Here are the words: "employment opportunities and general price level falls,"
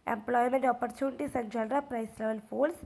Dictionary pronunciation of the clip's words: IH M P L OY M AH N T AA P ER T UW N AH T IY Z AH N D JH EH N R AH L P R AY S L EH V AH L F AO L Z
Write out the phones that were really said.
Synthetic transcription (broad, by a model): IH M P L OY M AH N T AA P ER T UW N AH T IY S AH N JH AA L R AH P R AY S L EH V AH L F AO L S